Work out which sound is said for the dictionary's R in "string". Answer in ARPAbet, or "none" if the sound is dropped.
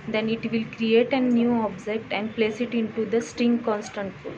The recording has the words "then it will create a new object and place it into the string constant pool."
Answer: R